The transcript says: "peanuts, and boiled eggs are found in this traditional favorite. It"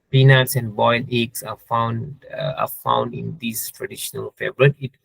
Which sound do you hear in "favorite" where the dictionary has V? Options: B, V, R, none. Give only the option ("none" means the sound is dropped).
B